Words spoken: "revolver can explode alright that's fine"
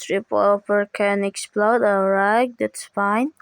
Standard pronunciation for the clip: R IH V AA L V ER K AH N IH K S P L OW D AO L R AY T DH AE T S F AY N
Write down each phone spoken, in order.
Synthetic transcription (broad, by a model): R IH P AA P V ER K AH N IH K S P L OW D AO R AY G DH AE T S F AY N